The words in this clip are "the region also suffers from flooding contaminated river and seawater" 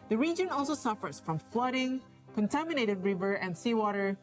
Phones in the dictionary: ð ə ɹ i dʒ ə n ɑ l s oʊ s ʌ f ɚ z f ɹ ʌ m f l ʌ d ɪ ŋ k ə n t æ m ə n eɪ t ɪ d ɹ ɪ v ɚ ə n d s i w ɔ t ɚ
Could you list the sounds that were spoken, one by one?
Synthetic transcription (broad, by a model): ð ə ɹ i dʒ ə n ɑ l s oʊ s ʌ f ɚ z f ɹ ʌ m f l ʌ d ɪ ŋ k ə n t æ m ə n eɪ t ɪ d ɹ ɪ v ɚ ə n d s i w ɔ t ɚ